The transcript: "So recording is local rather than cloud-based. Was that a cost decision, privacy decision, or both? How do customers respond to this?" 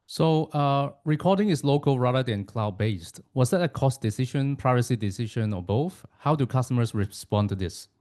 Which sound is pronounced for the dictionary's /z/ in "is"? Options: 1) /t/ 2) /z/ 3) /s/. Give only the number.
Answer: 3